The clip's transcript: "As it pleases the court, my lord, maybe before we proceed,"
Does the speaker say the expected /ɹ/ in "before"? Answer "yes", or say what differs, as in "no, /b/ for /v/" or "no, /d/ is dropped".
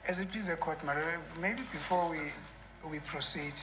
no, /w/ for /ɹ/